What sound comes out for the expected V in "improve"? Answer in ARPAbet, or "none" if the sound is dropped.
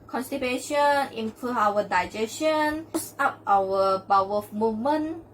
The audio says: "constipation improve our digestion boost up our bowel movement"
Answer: none